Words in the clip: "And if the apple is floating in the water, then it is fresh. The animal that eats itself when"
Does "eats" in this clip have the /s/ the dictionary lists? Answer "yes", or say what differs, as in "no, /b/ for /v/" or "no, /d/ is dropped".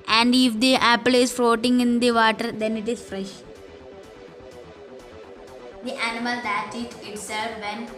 no, /s/ is dropped